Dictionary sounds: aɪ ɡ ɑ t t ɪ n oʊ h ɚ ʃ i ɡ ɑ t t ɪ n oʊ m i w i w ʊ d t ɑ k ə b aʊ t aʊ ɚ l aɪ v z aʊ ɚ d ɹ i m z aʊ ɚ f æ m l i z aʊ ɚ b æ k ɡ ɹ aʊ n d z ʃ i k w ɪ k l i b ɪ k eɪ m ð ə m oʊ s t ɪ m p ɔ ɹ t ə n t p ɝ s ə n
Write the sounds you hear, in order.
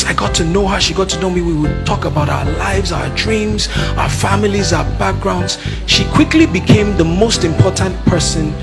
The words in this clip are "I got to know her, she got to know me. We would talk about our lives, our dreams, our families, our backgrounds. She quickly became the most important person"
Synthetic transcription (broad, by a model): aɪ ɡ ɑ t t ɪ n oʊ h ɚ ʃ i ɡ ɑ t t ɪ n oʊ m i w i w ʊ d t ɑ k ə b aʊ t aʊ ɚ l aɪ v z aʊ ɚ d ɹ i m z aʊ ɚ f æ m l i z aʊ ɚ b æ k ɡ ɹ aʊ n d z ʃ i k w ɪ k l i b ɪ k eɪ m ð ə m oʊ s t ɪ m p ɔ ɹ t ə n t p ɝ s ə n